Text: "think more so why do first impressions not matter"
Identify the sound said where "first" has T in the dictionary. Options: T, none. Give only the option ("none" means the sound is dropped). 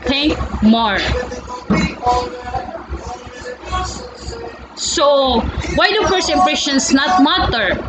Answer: none